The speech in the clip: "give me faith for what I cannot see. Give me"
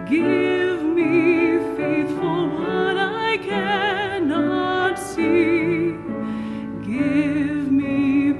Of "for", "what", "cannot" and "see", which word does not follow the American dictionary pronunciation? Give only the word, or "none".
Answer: for